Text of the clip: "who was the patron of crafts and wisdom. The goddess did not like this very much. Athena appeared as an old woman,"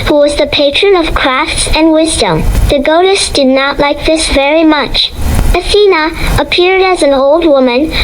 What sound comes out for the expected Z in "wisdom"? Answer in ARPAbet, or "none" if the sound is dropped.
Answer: Z